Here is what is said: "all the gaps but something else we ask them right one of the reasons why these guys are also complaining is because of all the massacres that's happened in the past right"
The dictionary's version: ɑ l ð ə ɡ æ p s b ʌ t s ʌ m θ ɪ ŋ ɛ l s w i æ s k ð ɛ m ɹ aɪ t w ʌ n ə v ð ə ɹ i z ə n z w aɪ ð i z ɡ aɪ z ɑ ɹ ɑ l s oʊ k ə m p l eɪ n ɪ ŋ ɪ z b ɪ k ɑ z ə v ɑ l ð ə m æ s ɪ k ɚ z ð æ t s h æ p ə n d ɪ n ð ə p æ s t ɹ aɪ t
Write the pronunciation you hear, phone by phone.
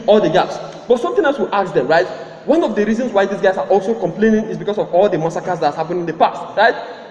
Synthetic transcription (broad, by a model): ɑ l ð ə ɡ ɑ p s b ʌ t s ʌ m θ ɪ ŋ ɛ l s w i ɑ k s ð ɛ m ɹ aɪ t w ʌ n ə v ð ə ɹ i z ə n s w aɪ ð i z ɡ aɪ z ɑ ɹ ɑ l s oʊ k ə m p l eɪ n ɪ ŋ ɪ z b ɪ k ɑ s ə v ɑ l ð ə m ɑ s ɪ k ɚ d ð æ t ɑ h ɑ p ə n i ɪ n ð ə p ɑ s t ɹ aɪ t